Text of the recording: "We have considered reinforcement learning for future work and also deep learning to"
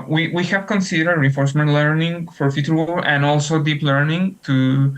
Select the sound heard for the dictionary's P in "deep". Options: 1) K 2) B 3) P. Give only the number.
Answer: 3